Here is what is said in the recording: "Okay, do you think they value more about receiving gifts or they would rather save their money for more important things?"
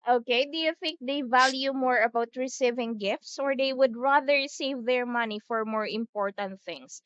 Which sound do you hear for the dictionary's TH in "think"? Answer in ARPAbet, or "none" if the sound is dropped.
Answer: TH